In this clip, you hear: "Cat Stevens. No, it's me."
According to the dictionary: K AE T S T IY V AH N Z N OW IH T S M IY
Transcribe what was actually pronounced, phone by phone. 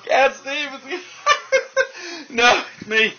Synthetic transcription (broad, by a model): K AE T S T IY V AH Z N OW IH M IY